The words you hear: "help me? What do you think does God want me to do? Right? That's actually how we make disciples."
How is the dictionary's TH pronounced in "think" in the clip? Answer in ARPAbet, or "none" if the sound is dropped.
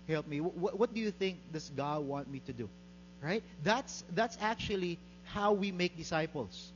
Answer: TH